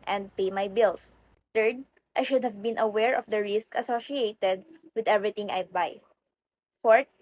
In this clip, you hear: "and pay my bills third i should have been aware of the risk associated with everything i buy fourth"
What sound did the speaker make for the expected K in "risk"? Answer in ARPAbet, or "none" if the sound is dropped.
K